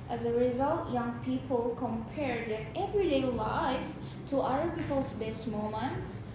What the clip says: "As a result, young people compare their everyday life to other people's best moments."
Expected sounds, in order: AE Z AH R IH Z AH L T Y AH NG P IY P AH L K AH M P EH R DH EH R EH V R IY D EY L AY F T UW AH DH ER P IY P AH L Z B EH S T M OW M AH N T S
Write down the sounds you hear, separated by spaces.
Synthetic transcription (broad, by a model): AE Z AH R IH Z AH L T Y AH NG P IY P AH L K AH M P EH R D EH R EH V R IY D EY L AY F T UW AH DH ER P IY P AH L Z B EH S T M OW M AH N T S